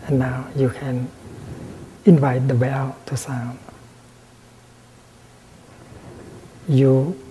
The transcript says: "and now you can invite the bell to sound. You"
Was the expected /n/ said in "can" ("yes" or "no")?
yes